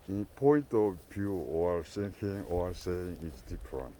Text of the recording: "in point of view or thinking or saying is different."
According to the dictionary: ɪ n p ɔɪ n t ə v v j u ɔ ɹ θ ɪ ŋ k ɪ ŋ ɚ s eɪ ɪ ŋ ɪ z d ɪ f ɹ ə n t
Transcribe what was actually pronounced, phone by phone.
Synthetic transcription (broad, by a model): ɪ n p ɔɪ n t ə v v j u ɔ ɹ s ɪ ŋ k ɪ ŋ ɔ s eɪ ɪ ŋ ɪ s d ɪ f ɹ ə n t